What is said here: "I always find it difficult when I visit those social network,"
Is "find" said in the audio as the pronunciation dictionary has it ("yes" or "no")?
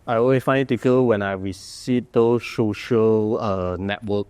no